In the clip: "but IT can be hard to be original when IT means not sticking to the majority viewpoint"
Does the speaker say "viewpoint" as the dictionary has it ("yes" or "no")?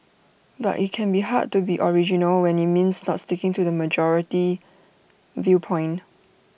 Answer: no